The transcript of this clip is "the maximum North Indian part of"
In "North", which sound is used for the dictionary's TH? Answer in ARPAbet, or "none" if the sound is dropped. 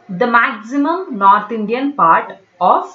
T